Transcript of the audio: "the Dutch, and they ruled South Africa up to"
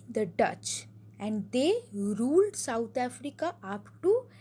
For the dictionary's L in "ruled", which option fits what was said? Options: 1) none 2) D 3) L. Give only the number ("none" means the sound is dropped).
3